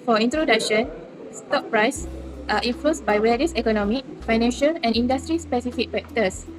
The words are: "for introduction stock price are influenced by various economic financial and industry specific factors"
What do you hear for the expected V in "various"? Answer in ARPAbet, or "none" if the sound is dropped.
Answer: W